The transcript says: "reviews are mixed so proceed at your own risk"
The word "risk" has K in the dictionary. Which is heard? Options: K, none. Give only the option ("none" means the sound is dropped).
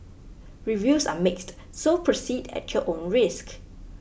K